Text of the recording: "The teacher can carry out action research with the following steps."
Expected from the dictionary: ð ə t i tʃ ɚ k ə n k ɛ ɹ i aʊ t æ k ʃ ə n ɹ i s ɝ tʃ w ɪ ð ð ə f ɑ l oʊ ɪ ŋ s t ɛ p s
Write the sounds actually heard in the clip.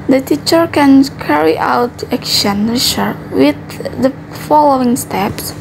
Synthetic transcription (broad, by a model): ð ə t i tʃ ɚ k ə n k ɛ ɹ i aʊ t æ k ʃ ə n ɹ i ʃ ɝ w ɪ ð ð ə f ɑ l oʊ ɪ ŋ s t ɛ p s